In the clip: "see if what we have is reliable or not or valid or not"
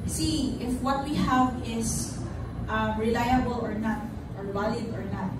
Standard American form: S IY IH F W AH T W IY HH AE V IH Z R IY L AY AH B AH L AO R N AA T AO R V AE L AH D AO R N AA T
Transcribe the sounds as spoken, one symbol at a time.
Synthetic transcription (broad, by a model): S IY IH F W AH T W IY HH AE V IH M R IY L AY AH B AH L AO R N AA T AO R B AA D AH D AO R N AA T